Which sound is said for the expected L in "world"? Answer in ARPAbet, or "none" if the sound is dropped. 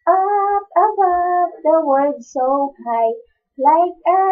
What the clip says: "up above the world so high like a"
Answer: none